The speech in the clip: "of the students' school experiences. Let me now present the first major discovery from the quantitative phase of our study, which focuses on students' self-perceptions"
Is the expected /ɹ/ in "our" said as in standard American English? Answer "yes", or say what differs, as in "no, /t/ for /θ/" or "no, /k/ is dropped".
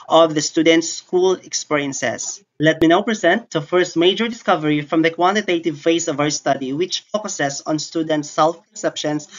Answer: no, /w/ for /ɹ/